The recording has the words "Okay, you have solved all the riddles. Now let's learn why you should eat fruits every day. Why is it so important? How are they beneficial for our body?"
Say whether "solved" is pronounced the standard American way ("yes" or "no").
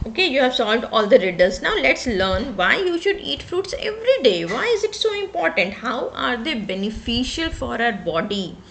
yes